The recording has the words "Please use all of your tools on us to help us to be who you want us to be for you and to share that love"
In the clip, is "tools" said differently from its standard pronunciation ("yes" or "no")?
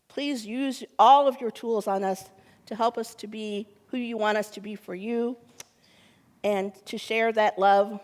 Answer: no